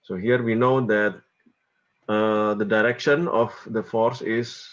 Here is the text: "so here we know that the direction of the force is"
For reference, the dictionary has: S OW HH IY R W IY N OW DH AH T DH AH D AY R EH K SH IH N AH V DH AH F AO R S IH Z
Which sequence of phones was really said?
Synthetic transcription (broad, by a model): S OW HH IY R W IY N OW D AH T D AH D AY R EH K SH IH N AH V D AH F AO R S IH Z